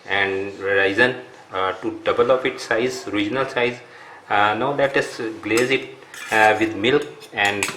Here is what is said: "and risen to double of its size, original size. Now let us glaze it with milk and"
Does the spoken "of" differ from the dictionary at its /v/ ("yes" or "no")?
yes